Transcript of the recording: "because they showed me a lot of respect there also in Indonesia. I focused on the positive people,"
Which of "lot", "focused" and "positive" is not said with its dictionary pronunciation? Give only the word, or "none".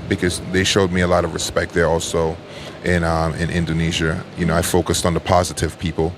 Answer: none